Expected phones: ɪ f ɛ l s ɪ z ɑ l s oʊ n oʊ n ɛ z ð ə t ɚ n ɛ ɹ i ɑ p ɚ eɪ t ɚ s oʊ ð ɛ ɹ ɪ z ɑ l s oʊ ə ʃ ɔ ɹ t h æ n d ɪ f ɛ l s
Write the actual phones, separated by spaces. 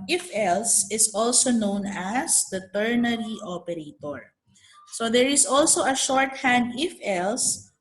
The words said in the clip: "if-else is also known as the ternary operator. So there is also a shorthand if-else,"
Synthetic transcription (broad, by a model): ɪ f ɛ l s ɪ s ɑ l s oʊ n oʊ n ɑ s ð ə t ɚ n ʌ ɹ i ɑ p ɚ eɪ t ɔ s oʊ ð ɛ ɹ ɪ s ɑ l s oʊ ə ʃ ɔ ɹ t h æ n d ɪ f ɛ l s